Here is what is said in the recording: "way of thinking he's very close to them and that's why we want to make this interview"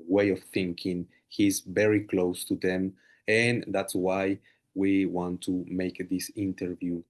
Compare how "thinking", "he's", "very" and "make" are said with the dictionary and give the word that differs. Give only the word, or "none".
none